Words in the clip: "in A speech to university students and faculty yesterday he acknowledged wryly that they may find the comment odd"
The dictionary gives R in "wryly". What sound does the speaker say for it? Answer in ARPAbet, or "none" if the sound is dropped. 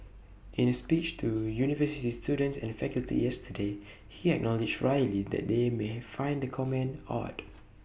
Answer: R